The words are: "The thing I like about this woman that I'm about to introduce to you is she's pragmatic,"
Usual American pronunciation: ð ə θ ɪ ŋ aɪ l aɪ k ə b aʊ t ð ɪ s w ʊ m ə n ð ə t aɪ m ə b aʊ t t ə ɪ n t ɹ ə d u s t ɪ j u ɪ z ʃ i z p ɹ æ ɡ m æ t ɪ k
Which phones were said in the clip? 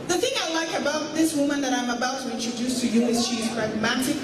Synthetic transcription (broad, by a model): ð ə θ ɪ ŋ aɪ l aɪ k ə b aʊ t ð ɪ s w ʊ m ə n ð ə t aɪ m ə b aʊ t t ə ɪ n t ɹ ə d u s t ɪ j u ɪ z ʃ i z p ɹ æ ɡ m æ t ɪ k